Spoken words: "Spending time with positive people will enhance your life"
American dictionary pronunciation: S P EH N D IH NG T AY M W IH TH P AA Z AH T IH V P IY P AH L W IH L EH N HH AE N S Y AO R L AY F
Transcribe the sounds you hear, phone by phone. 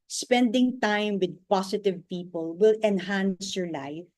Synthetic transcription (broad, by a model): S P EH N D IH NG T AY M W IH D P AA S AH T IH V P IY P AH L W IH L EH N HH AE N S Y AO R L AY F